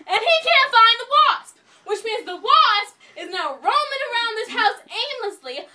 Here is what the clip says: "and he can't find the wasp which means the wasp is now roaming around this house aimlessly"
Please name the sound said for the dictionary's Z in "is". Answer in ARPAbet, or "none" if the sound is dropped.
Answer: Z